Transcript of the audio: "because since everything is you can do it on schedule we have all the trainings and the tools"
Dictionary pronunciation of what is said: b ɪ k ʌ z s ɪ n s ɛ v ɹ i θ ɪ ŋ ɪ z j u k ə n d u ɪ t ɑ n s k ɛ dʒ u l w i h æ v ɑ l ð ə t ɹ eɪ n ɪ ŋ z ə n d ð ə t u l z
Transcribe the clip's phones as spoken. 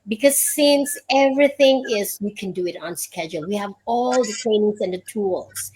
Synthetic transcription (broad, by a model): b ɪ k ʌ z s ɪ n s ɛ v ɹ i θ ɪ ŋ ɪ z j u k ə n d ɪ ɪ t n s k ɛ dʒ u l w i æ v ɑ l ð ə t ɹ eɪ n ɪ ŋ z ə n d ð ə t u l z